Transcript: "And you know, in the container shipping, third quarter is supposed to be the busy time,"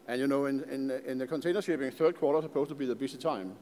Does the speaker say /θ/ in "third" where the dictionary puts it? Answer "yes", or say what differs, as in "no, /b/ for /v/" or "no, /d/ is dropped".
yes